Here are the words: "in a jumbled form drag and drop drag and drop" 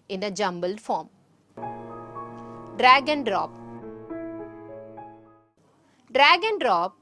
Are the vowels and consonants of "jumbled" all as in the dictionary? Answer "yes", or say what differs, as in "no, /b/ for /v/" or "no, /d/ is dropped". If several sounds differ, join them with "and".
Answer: yes